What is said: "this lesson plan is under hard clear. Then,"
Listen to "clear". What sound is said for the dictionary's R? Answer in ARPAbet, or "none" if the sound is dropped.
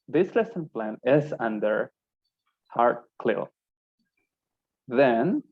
L